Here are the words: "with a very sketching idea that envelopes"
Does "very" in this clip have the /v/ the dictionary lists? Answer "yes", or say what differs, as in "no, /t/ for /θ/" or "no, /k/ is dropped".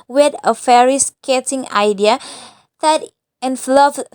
no, /f/ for /v/